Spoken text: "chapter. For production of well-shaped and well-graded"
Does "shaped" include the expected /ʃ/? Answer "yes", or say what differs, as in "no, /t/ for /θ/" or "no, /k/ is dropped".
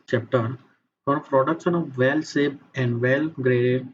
no, /s/ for /ʃ/